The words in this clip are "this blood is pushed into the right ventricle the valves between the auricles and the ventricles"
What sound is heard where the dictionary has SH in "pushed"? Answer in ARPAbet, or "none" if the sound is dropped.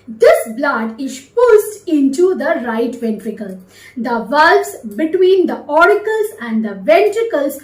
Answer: S